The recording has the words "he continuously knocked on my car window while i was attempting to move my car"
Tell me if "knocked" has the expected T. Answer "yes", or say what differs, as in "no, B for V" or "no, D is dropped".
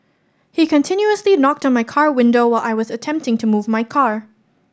yes